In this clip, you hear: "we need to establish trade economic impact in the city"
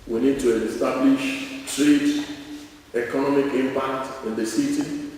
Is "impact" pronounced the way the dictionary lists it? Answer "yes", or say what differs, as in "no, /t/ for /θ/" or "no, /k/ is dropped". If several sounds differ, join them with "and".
yes